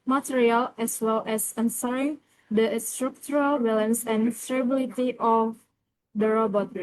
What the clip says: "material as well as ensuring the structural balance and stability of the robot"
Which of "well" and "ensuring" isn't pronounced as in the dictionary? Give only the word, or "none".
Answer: ensuring